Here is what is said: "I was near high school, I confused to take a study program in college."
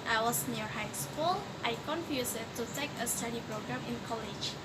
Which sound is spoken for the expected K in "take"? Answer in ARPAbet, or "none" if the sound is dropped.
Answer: K